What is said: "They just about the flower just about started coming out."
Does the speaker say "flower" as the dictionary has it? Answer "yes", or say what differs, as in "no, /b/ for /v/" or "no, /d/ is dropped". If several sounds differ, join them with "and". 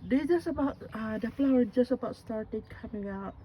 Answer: no, /p/ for /f/